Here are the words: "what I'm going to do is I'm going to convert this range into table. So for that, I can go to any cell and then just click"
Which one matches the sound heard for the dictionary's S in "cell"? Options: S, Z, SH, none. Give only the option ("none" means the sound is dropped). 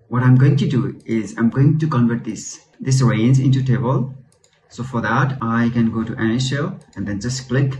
SH